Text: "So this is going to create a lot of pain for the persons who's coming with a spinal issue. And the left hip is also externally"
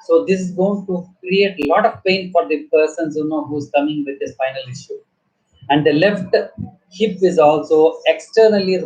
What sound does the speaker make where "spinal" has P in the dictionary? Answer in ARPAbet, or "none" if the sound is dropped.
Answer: F